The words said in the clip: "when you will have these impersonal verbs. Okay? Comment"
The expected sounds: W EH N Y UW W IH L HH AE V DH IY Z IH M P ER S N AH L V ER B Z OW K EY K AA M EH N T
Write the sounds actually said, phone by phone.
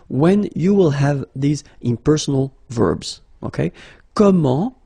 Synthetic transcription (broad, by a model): W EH N Y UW W IH L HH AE V DH IY Z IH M P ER S N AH L V ER B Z OW K EY K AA M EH